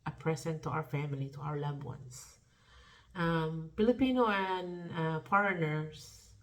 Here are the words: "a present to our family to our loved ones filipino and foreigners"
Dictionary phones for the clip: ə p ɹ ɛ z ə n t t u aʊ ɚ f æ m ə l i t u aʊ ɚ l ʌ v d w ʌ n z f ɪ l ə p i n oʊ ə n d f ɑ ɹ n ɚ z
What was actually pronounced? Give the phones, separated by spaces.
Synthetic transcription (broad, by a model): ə p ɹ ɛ s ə n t t u aʊ ɚ f æ m ə l i t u aʊ ɚ l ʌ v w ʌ n s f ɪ l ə p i n oʊ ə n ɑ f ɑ ɹ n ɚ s